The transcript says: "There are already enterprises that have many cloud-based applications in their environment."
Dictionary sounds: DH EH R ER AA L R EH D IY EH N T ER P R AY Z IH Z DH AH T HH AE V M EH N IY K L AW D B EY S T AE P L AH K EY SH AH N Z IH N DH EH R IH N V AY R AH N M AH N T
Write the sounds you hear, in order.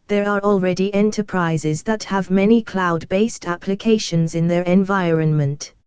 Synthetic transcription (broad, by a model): DH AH R ER AA L R EH D IY EH N T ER P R AY Z IH Z DH AH T HH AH V M EH N IY K L AW D B EY S T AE P L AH K EY SH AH N Z IH N DH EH R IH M V AY R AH N M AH N T